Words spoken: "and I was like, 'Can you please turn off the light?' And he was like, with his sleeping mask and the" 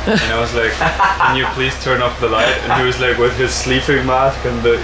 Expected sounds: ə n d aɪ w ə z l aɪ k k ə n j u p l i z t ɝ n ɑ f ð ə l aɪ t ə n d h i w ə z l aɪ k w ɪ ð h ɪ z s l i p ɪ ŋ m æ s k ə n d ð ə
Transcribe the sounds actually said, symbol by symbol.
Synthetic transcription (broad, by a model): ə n aɪ w ə z l aɪ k k ə n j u p l i z t ɝ n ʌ p ð ə l aɪ t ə n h i w ə z l aɪ k w ɪ ð ɪ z s l i p ɪ ŋ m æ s k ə n ð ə